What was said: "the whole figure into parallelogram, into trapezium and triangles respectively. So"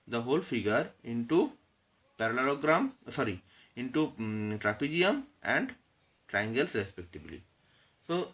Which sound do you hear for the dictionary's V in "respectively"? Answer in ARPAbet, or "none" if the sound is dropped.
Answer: B